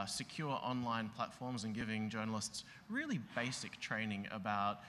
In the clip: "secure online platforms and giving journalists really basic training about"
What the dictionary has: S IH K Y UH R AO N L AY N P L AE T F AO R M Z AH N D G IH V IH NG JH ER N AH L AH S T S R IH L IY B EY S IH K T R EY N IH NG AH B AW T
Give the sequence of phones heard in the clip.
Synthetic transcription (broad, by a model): S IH K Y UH R AO N L AY N P L AE T F AO R M Z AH N G IH V IH NG JH ER N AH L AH S T S R IH L IY B EY S IH K T R EY N IH NG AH B AW T